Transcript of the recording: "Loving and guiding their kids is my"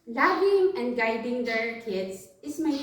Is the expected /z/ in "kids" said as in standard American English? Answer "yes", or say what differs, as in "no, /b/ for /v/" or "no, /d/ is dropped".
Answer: no, /s/ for /z/